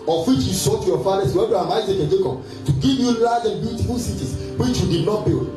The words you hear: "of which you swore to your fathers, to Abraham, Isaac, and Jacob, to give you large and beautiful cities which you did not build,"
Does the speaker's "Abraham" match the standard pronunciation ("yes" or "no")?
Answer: no